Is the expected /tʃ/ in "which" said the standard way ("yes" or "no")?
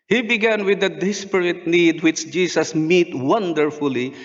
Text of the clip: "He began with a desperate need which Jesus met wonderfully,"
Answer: yes